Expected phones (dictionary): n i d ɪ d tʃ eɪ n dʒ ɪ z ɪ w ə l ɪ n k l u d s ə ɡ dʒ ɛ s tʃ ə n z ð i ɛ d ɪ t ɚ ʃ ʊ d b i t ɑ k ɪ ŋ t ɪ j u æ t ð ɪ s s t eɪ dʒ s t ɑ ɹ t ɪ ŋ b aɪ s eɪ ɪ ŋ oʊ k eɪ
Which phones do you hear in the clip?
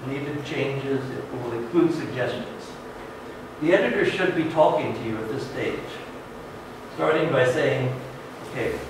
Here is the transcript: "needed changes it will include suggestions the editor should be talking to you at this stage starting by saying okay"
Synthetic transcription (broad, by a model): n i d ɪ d tʃ eɪ n dʒ ɪ z ɪ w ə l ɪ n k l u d s ə ɡ dʒ ɛ s tʃ ə n z ð i ɛ d ɪ t ɚ ʃ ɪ d b i t ɑ k ɪ ŋ t ɪ j u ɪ t ð ɪ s s t eɪ dʒ s t ɑ ɹ t ɪ ŋ b aɪ s eɪ ɪ ŋ oʊ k eɪ